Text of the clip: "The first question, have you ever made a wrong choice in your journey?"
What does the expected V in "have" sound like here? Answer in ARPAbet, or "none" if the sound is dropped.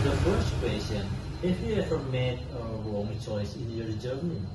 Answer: F